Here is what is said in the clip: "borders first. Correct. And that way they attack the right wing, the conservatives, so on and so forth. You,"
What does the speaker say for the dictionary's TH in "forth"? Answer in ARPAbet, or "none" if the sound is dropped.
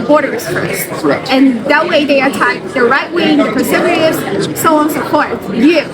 T